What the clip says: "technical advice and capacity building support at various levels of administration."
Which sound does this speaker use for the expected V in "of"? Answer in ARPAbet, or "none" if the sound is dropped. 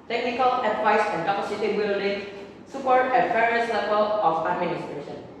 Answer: P